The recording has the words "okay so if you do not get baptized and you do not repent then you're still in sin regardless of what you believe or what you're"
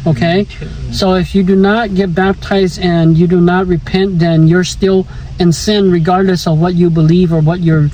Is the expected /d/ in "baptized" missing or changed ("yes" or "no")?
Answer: no